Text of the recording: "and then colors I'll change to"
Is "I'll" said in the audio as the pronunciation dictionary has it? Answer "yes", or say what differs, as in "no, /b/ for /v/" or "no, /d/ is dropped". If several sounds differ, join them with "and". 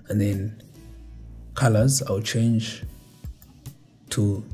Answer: no, /w/ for /l/